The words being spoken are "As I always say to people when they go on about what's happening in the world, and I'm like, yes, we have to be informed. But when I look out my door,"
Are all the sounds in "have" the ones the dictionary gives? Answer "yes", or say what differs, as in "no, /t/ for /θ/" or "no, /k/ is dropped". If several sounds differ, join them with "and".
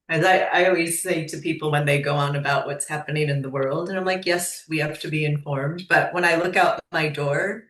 no, /f/ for /v/